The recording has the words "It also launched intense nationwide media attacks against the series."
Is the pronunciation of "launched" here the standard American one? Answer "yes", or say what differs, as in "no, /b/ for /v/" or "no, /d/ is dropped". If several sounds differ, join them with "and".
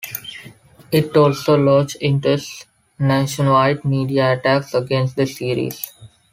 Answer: no, /n/ is dropped